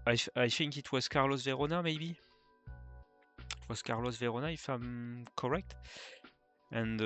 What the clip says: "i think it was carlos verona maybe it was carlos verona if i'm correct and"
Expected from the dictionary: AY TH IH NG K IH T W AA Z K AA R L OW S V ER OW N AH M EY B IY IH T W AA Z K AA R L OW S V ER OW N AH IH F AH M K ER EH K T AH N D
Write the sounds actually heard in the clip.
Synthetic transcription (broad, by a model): AY TH IH NG K IH T W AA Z K AA R L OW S V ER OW N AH M EY B IY IH T W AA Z K AA R L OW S V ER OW N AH IH F AH M K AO EH K T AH N